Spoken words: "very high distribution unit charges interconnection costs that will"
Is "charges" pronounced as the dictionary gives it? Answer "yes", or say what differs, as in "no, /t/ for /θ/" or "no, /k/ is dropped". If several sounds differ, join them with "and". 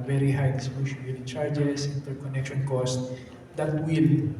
no, /s/ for /z/